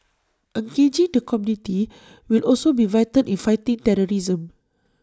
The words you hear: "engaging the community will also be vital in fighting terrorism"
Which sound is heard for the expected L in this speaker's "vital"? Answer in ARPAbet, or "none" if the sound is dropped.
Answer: N